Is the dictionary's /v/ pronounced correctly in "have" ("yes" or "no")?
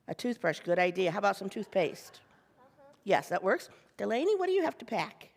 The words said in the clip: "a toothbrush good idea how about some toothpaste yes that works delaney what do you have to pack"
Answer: no